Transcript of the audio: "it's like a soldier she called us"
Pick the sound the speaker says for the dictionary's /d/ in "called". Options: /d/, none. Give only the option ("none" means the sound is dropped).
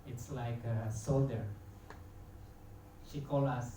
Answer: none